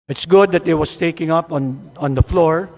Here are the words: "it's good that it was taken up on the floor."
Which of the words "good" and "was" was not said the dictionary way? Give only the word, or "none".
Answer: was